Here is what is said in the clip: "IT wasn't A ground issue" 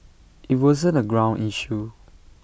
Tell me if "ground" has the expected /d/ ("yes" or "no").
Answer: no